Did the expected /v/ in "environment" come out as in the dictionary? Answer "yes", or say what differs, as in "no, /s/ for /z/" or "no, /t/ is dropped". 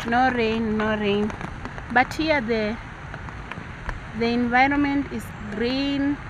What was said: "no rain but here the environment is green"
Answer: yes